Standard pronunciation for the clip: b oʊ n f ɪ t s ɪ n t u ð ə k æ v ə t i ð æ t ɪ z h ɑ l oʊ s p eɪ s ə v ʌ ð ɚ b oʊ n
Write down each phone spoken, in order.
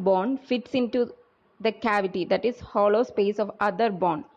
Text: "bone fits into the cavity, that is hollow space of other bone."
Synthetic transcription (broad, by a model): b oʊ n f ɪ t s ɪ n t u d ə k æ v ə t i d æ t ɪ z h ɑ l oʊ s p eɪ s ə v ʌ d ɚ b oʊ n